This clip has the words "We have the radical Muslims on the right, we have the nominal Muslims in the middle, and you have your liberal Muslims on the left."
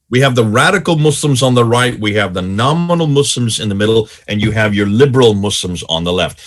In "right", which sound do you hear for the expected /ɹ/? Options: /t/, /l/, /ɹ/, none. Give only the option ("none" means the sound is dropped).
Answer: /ɹ/